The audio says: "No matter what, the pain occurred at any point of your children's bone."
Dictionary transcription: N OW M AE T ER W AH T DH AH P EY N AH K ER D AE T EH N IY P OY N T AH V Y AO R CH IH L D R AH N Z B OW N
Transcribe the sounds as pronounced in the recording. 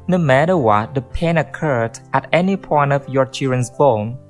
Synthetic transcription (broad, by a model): N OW M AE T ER W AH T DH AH P EY N AH K ER D AE T EH N IY P OY N T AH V Y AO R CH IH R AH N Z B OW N